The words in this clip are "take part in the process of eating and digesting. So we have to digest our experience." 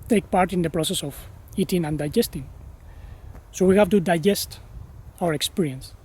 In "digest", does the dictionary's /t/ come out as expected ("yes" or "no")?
yes